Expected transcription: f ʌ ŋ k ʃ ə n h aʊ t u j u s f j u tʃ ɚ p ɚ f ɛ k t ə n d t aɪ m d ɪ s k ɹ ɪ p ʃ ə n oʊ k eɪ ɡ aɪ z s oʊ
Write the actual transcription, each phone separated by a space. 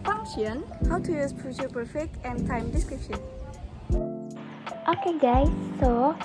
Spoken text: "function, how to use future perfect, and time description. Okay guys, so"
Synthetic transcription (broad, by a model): f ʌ ŋ k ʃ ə n h aʊ t u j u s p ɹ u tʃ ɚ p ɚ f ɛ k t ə n t aɪ m d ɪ s k ɹ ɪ p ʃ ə n oʊ k eɪ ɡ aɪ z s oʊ